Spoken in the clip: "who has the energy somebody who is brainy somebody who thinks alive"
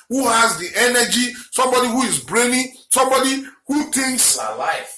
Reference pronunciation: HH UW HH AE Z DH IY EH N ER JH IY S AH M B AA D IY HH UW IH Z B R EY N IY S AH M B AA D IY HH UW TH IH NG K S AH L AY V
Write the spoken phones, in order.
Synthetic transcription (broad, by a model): HH UW HH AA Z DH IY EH N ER JH IY S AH M B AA D IY HH UW IH Z B R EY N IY S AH M B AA D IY HH UW T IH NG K S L AY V